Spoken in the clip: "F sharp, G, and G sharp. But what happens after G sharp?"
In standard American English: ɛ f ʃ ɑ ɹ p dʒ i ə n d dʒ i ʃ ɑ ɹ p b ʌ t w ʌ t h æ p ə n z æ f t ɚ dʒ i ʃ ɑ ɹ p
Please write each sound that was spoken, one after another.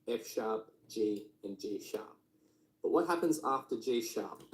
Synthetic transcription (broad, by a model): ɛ f ʃ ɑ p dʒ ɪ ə n dʒ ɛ ʃ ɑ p b ʌ t w ʌ t h æ p ə n z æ f t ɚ dʒ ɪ ʃ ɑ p